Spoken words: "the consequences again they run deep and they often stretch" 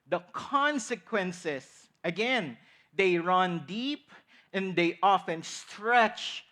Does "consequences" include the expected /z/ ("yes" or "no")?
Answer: no